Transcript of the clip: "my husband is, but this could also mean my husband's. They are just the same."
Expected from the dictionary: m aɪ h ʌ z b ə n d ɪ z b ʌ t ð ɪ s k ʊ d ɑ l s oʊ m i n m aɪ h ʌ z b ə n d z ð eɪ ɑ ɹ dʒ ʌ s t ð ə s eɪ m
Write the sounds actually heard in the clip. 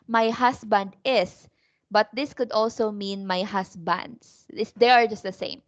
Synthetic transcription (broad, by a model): m aɪ h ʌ s b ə n d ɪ s b ʌ t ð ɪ s k ʊ d ɑ l s oʊ m i n m aɪ h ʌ s b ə n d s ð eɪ ɑ ɹ dʒ ʌ s t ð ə s eɪ m